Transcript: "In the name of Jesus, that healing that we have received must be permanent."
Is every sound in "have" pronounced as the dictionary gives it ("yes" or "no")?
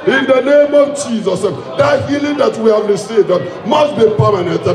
yes